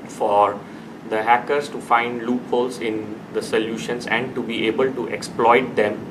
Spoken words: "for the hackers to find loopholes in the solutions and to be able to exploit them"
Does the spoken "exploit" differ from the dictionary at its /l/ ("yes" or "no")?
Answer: no